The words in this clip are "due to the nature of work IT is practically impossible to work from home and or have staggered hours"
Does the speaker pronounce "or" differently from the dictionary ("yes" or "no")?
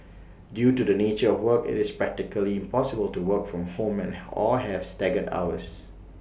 yes